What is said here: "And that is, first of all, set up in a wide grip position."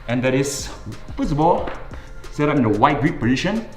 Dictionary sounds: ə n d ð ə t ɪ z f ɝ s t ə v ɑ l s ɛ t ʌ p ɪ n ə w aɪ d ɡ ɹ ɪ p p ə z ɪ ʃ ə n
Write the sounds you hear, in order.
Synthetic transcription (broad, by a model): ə n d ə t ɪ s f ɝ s ə b ɑ l s ɛ t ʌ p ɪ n ə w aɪ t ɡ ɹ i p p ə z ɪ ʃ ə n